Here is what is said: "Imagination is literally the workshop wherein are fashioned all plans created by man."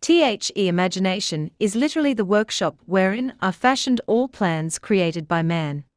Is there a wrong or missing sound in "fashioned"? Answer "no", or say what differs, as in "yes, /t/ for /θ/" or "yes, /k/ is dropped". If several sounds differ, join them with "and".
no